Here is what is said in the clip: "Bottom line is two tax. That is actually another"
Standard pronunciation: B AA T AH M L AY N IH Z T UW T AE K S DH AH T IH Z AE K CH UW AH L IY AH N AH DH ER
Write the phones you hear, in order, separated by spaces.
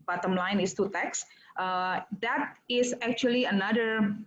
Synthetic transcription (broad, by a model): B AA T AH M L AY N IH S T UW T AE K S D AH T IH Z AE K CH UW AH L IY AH N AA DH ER